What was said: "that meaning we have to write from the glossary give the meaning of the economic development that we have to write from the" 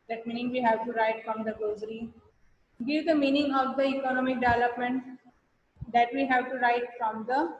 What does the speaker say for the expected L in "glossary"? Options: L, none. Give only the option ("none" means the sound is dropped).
none